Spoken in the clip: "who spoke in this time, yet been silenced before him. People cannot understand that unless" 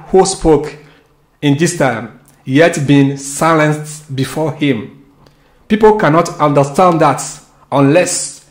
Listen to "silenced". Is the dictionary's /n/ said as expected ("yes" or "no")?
yes